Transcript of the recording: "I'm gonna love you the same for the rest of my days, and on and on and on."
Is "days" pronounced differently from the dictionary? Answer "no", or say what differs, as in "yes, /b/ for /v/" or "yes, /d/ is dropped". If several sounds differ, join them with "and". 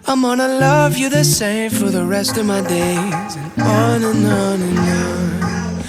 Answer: yes, /z/ is dropped